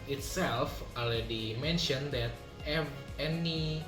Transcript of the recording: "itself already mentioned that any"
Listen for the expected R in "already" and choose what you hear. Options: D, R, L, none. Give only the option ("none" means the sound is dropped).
none